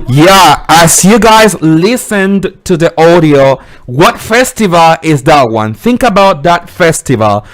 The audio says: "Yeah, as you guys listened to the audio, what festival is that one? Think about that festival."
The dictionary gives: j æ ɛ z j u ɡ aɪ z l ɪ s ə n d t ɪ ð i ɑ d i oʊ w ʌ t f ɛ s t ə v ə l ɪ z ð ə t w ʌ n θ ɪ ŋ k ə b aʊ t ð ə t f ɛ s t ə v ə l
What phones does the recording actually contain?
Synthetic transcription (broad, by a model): j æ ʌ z j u ɡ aɪ z l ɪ s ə n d t ɪ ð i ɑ d i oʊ w ʌ t f ɛ s t ə v ə l ɪ z ð ə t w ʌ n θ ɪ ŋ k ə b aʊ t ð ə t f ɛ s t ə v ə l